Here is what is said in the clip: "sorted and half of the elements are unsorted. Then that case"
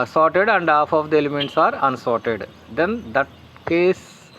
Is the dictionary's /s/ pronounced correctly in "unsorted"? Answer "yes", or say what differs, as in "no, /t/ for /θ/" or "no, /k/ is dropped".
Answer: yes